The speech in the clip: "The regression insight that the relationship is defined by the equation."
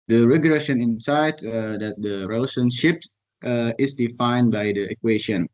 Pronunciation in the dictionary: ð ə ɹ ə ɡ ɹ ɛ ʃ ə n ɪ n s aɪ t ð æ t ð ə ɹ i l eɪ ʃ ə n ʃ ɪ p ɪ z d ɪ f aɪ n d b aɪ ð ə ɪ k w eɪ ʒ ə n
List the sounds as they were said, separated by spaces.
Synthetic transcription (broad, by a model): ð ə ɹ ə ɡ ɹ ɛ ʃ ə n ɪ n s aɪ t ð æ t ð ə ɹ i l eɪ ʃ ə n ʃ ɪ p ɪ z d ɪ f aɪ n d b aɪ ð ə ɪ k w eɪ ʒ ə n